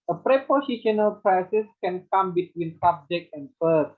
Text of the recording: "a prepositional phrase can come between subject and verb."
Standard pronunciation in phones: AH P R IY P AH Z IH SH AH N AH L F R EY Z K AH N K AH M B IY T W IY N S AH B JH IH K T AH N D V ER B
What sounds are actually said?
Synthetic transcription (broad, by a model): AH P R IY P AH S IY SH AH N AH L P R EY S K AH N K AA M B IY T W IY N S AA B JH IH K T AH N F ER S